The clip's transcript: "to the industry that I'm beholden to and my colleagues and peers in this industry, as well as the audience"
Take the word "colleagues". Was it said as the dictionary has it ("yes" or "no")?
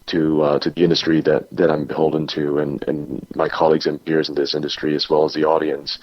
yes